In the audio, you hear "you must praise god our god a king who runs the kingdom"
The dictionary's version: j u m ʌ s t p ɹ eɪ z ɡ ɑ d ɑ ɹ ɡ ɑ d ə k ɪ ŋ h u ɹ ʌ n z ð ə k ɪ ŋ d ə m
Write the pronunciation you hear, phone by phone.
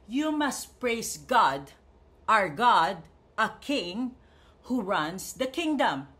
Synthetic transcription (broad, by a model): j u m ʌ s t p ɹ eɪ s ɡ ɑ d ɑ ɹ ɡ ɑ d ə k ɪ ŋ h u ɹ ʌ n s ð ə k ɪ ŋ d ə m